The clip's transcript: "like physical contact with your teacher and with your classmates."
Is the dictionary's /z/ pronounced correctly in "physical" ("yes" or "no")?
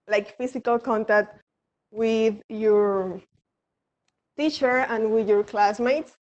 no